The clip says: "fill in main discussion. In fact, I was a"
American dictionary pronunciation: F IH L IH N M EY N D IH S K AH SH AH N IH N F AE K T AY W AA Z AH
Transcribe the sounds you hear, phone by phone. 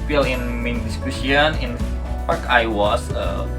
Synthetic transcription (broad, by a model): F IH L IH N M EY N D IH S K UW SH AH N IH N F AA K AY W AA S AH